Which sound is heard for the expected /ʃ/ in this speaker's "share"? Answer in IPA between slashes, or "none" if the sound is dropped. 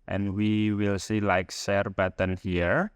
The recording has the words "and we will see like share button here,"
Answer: /s/